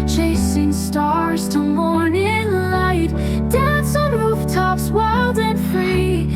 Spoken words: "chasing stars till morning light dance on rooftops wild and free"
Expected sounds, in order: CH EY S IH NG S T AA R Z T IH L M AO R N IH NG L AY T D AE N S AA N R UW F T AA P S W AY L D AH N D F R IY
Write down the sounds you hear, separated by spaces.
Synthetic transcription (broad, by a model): CH EY S IH NG S T AA R Z T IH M AO R N IH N L AY T D AE N S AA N R UW F T AA P S W AY L D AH N F R IY